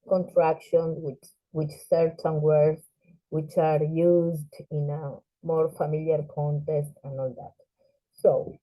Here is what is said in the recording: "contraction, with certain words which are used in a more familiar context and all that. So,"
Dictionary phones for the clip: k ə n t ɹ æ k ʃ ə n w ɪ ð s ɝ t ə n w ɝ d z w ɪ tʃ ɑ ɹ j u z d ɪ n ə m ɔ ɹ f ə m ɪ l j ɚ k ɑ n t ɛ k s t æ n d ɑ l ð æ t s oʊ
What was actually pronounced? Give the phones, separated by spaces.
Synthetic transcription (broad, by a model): k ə n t ɹ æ k ʃ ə n w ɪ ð s ɝ t ə n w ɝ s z w ɪ tʃ ɑ ɹ j u z d ɪ n ə m ɔ ɹ f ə m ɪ l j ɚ k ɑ n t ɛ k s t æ n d ɑ l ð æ t s oʊ